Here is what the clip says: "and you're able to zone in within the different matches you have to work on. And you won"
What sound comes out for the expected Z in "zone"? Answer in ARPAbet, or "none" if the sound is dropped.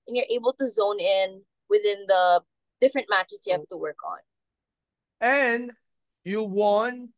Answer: Z